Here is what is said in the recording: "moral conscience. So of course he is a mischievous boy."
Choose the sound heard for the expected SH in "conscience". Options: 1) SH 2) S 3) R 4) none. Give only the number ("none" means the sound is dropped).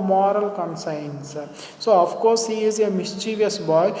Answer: 2